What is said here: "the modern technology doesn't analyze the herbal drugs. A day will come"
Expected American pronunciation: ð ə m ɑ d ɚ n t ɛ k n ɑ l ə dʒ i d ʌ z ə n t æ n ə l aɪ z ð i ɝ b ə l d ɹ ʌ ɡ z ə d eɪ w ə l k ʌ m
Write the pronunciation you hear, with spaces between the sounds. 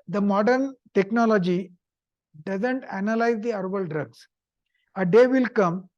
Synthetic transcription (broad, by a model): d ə m ɑ d ɚ n t ɛ k n ɑ l ə dʒ i d ʌ z ə n t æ n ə l aɪ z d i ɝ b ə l d ɹ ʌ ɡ s ə d eɪ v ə l k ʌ m